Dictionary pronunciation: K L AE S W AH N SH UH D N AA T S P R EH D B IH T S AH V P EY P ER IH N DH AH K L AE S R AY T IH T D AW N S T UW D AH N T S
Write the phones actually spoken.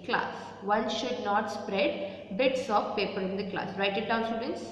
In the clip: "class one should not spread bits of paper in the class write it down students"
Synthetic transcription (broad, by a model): K L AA S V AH N SH UH D N AA T S P R EH D B IH T S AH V P EY P ER IH N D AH K L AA S R AY T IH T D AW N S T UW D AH N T S